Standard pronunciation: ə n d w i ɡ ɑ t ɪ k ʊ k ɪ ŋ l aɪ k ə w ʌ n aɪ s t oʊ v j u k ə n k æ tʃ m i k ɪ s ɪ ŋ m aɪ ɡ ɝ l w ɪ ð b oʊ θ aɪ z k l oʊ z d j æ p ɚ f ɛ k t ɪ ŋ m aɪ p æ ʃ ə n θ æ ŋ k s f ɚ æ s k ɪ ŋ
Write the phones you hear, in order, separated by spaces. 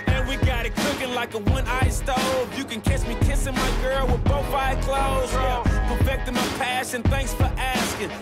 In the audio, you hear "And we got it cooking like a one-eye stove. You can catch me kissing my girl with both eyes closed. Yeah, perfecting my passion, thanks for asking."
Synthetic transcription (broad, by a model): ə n w i ɡ ɑ t ɪ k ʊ k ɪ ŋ l aɪ k ə w ʌ n aɪ s t oʊ v j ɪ k ə n k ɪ s m i k ɪ s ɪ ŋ m aɪ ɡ ɝ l w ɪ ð b oʊ θ aɪ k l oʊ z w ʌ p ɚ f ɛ k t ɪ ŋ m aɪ p æ ʃ ə n θ æ ŋ k s f ɚ æ s k ɪ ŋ